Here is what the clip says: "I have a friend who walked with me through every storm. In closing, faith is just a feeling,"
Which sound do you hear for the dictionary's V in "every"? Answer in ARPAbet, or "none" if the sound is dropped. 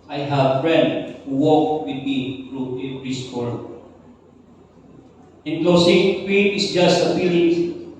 P